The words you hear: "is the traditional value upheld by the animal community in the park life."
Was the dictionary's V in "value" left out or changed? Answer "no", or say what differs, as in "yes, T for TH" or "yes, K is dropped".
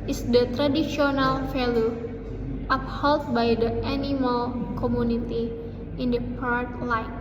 yes, F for V